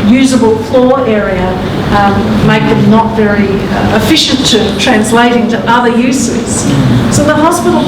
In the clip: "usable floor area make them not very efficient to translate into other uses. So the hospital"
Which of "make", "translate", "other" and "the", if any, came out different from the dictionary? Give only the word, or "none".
none